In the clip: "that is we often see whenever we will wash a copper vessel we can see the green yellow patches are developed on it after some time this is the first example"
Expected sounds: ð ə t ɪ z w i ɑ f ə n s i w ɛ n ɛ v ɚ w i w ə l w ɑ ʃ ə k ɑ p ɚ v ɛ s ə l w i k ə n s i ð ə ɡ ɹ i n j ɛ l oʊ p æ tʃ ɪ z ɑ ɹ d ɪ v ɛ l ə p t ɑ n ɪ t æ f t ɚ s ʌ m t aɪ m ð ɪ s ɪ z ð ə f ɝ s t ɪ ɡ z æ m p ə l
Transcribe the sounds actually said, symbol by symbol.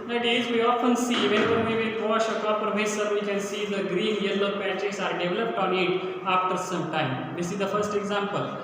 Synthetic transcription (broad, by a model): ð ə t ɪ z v i ɑ f ə n s i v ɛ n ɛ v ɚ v i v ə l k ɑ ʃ ə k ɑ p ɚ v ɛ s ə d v i k ə n s i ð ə ɡ ɹ i n j ɛ l oʊ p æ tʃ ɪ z ɑ ɹ d ɪ v ɛ l ə p t ɑ n ɪ t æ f t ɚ s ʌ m t aɪ m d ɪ s ɪ z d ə f ɝ s t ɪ ɡ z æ m p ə l